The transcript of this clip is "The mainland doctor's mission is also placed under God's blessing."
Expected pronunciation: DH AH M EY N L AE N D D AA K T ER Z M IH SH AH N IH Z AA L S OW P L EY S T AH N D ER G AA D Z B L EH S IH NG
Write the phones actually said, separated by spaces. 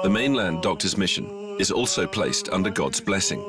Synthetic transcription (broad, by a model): DH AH M EY N L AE N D D AA K T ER Z M IH SH AH N IH Z AA L S OW P L EY S T AH N D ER G AA D Z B L EH S IH NG